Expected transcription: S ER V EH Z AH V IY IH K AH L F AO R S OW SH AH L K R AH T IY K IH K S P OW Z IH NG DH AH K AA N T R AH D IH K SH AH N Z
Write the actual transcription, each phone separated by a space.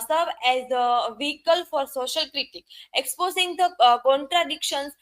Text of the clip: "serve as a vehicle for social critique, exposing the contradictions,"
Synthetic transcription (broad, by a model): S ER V EH Z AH V IY IH K AH L F AO R S OW SH AH L K R AH T IY K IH K S P OW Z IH NG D AH K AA N T R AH D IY K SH AH N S